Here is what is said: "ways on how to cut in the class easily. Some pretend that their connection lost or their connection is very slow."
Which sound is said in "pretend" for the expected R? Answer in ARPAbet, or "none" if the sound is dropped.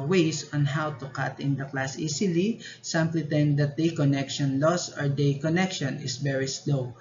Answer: L